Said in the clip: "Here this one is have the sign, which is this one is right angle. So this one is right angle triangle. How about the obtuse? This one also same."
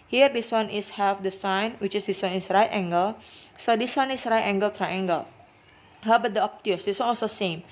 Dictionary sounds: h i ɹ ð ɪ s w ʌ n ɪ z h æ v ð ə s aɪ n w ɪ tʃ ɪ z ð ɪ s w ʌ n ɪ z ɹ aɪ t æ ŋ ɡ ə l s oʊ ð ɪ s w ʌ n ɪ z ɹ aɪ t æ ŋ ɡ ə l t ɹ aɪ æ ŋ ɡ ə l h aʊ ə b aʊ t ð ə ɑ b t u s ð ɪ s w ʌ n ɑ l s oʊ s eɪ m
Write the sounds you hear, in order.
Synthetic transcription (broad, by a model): h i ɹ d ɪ s w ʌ n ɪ s h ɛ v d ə s aɪ n w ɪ tʃ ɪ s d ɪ s w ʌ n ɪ s ɹ aɪ t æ ŋ ɡ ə l s oʊ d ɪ s w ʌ n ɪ s ɹ aɪ t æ ŋ ɡ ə l t ɹ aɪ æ ŋ ɡ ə l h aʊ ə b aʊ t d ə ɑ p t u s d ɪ s w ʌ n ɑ s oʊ s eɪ m